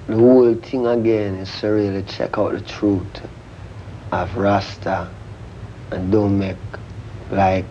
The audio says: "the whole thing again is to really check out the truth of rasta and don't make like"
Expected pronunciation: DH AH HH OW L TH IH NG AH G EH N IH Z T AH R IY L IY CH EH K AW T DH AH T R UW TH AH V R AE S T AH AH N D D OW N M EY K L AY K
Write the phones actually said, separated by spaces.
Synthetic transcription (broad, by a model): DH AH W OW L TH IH NG AH G EH N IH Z S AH R IY L IY CH EH K AW T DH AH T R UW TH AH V R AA S T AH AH N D D OW N M EY K L AY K